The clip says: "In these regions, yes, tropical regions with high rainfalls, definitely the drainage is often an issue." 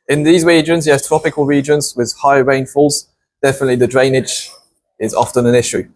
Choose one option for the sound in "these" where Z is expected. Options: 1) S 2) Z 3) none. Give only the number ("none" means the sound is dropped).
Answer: 2